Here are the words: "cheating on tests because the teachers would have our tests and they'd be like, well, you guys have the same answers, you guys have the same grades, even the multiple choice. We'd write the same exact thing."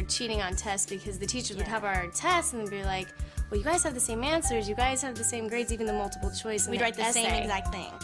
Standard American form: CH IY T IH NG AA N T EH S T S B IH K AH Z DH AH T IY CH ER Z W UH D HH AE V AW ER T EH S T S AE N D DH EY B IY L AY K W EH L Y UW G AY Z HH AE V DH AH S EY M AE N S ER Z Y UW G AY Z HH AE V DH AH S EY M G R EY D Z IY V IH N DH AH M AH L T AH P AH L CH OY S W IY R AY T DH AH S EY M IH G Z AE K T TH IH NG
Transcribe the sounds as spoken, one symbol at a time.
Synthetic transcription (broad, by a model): CH IY T IH NG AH N T EH S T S B IH K AH Z DH AH T IY CH ER Z W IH D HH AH V AW ER T EH S T S N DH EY B IY L AY K W EH L Y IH G AY Z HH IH V DH AH S EY M AE N S ER Z Y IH G AY Z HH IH V DH AH S EY M G R EY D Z IY V IH N DH AH M AH L T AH P L CH OY S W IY R AY T DH AH S EY M IH G Z AE K T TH IH NG